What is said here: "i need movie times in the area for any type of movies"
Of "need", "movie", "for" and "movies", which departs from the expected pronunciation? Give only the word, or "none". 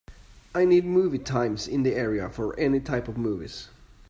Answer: none